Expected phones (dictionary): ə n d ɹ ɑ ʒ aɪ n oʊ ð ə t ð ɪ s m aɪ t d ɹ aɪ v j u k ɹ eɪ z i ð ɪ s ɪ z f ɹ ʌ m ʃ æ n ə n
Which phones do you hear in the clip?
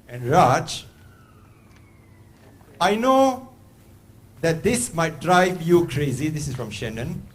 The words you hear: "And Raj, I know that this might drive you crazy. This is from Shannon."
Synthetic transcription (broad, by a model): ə n ɹ ɑ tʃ aɪ n oʊ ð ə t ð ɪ s m aɪ t d ɹ aɪ v j u k ɹ eɪ z i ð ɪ s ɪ s f ɹ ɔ m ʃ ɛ n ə n